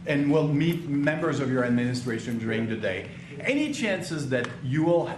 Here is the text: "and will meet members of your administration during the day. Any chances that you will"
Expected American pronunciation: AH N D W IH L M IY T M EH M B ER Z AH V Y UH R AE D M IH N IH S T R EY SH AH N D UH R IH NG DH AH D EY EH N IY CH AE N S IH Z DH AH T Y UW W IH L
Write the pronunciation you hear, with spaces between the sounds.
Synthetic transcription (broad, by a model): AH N W IH L M IY T M EH M B ER Z AH V Y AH R AE D M IH N IH S T R EY SH AH N D UH R IH NG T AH D EY EH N IY CH AE N S IH Z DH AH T Y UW W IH L